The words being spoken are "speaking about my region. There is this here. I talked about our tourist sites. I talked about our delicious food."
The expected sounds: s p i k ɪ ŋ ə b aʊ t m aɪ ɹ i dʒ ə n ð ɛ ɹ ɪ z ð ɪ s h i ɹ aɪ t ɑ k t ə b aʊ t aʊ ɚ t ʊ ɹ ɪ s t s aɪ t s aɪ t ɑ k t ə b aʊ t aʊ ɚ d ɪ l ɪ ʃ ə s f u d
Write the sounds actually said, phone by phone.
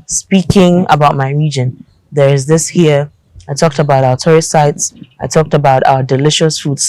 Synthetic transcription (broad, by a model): s p i k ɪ ŋ ə b aʊ t m aɪ ɹ i dʒ ə n ð ɛ ɹ ɪ z ð ɪ s h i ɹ aɪ t ɑ k t ə b aʊ t aʊ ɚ t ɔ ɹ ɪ t s aɪ t s aɪ t ɑ k t ə b aʊ t aʊ ɚ d ɪ l ɪ ʃ ə s f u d